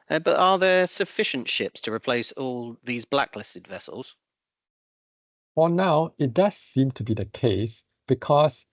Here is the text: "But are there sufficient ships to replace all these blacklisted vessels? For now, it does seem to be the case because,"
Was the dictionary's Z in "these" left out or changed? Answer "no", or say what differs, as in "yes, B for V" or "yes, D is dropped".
no